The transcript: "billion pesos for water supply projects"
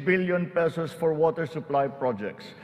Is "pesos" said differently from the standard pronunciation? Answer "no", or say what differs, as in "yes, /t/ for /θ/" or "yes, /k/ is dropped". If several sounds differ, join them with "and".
yes, /s/ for /z/